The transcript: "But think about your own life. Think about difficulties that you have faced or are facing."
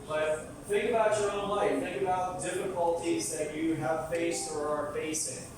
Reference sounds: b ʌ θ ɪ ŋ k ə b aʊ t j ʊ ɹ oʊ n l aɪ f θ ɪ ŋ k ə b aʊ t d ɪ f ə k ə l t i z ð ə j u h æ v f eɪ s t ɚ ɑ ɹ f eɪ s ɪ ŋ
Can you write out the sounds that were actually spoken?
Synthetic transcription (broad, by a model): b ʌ θ ɪ ŋ k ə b aʊ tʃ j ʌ ɹ oʊ n l aɪ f θ ɪ ŋ k ə b aʊ t d ɪ f ə k ə l t i z ð ə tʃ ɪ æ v f eɪ s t ɚ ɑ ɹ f eɪ s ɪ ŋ